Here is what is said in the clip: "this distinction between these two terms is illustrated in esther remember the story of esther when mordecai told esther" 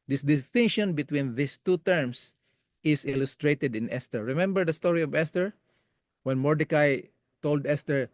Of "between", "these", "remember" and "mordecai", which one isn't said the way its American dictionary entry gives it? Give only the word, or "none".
these